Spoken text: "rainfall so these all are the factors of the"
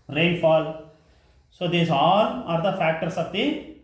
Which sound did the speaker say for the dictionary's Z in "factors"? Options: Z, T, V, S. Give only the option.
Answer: S